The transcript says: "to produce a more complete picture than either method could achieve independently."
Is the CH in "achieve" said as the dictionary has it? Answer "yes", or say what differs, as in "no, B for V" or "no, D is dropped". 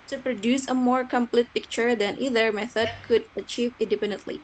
yes